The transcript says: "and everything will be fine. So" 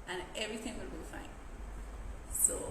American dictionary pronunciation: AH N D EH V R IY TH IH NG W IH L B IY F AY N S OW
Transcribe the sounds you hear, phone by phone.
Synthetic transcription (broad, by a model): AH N EH V R IY TH IH NG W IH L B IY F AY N S OW